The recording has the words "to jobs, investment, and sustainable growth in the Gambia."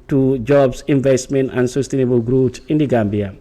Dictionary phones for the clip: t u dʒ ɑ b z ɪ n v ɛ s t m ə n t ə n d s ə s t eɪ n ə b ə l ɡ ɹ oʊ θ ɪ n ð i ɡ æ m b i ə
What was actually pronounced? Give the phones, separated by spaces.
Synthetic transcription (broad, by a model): t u dʒ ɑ b s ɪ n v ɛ s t m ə n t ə n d s ə s t eɪ n ə b ə l ɡ ɹ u s ɪ n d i ɡ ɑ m b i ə